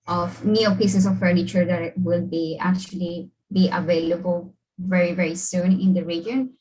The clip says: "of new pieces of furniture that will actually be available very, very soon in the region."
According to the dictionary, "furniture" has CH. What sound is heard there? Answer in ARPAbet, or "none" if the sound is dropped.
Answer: CH